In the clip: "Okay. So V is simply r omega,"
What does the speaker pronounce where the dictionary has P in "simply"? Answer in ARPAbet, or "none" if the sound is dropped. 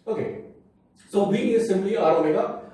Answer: B